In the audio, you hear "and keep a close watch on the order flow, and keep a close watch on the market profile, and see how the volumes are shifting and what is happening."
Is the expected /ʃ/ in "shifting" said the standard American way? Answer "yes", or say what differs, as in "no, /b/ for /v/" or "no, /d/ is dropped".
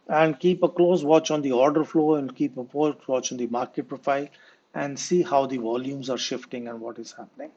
yes